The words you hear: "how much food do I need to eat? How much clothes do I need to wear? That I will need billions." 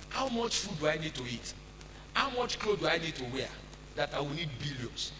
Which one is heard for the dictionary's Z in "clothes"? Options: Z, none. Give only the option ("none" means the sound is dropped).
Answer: none